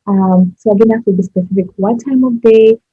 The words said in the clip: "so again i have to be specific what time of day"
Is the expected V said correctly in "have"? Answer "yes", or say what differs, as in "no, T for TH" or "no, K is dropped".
no, F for V